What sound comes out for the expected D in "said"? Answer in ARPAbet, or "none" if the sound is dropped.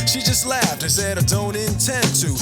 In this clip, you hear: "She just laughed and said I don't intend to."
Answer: D